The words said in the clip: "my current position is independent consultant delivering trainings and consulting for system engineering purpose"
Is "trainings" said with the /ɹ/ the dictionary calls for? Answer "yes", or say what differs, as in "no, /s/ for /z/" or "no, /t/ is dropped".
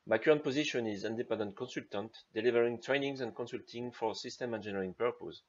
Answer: yes